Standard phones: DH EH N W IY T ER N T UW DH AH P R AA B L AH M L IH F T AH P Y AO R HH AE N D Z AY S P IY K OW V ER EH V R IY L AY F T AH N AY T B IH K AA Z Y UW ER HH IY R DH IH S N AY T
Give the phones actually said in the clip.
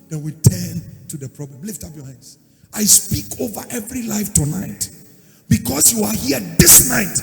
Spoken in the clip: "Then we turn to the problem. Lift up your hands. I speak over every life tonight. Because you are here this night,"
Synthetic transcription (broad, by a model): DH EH W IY T ER N T UW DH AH P R AA B L AH M L IH F T AH P Y AO R HH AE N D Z AY S P IY K OW V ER EH V R IY L AY F T AH N AY T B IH K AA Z Y UW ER HH IY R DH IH S N AY T